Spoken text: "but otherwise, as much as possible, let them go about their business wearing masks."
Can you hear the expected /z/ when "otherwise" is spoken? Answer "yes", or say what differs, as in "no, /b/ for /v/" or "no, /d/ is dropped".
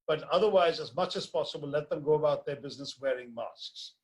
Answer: yes